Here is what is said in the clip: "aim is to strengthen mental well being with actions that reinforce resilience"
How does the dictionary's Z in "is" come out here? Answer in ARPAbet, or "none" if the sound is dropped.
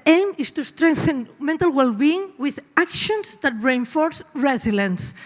S